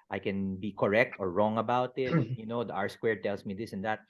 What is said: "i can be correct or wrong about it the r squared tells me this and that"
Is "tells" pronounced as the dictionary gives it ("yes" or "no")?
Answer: no